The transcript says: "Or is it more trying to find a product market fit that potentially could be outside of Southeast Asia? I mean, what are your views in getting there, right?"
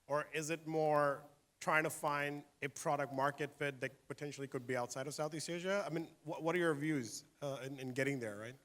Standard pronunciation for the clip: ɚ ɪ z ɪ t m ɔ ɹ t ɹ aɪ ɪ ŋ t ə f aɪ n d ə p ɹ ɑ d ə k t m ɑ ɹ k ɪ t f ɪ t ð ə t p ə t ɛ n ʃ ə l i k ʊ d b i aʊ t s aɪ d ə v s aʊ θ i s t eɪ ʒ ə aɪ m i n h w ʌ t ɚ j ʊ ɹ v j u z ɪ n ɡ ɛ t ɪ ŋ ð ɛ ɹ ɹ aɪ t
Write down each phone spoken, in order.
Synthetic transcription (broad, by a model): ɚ ɪ z ɪ t m ɔ ɹ t ɹ aɪ ɪ ŋ t ə f aɪ n d ə p ɹ ɑ d ə k t m ɑ ɹ k ɪ t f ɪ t ð ə t p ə t ɛ n ʃ l i k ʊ d b i aʊ t s aɪ d ə v s aʊ θ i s eɪ ʒ ə aɪ m i n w w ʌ t ɚ j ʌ ɹ v j u z ɪ n ɡ ɛ t ɪ ŋ ð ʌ ɹ ɹ aɪ t